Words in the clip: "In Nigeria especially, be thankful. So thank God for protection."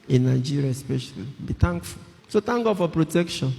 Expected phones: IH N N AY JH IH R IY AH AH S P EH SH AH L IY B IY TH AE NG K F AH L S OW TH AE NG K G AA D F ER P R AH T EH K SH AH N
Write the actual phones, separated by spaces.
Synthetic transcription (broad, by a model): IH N N AY JH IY R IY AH AH S P EH SH AH L IY B IY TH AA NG K F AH L S OW T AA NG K G AA D F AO P R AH T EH K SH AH N